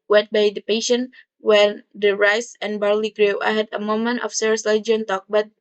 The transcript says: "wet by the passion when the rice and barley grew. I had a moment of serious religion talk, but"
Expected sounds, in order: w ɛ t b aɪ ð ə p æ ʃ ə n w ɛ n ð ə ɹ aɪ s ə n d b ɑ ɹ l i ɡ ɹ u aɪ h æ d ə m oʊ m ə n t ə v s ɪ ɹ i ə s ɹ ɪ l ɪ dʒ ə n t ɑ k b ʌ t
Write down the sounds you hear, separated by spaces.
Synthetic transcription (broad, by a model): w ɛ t b aɪ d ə p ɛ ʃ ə n w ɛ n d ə ɹ aɪ s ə n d b ɑ ɹ l i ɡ ɹ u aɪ h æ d ə m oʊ m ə n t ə f s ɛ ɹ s l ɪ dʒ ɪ ə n t ɑ k b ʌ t